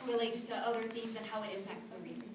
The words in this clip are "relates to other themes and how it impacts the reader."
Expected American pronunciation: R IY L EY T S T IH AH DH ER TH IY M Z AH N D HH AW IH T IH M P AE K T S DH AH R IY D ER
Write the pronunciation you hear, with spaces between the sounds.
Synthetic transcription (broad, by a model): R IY L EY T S T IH AH DH ER TH IY M Z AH N HH AW IH T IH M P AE K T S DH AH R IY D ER